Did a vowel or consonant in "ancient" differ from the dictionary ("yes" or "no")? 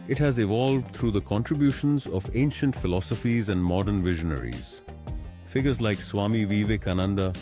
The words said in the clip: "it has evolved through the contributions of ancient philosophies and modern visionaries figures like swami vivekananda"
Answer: no